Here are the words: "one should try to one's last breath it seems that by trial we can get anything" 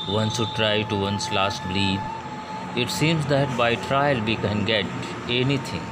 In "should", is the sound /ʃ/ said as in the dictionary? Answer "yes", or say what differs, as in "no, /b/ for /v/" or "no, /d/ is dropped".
no, /s/ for /ʃ/